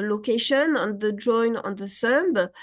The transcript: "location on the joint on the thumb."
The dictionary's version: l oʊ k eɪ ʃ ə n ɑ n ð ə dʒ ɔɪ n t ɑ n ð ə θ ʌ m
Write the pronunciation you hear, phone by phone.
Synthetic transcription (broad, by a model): l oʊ k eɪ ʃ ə n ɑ n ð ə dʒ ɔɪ n ɑ n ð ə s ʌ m